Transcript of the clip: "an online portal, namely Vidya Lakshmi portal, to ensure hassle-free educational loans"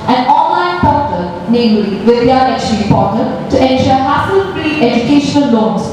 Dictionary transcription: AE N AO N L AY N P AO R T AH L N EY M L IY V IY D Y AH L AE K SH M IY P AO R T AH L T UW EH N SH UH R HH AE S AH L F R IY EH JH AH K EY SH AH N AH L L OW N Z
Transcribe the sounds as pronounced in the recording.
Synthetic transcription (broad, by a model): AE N AO N L AY N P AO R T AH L N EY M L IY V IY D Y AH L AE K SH IY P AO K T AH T T UW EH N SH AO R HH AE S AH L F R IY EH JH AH K EY SH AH N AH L L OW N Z